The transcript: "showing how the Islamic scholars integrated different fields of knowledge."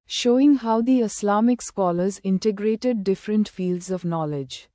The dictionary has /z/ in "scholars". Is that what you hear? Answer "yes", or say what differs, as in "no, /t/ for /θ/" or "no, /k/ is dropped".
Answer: yes